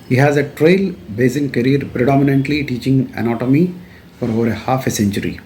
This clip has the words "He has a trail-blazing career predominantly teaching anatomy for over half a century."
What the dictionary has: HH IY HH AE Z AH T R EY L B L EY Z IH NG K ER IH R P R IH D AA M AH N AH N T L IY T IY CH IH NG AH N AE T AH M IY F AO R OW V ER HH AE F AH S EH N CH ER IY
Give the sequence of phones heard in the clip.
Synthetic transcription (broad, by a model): HH IY HH AE Z AH T R EY L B EY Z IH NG K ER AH R P R IH D AA M AH N AH N T L IY T IY CH IH NG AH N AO T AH M IY F AO R OW V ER HH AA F AH S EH N CH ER IY